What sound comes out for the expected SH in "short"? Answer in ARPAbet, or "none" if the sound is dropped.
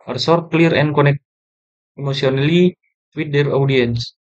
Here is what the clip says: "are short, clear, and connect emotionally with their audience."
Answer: S